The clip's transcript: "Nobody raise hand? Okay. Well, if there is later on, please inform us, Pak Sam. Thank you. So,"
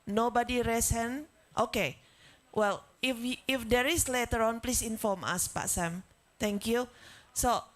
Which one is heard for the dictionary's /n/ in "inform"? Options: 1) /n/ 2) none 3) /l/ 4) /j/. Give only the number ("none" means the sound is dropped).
1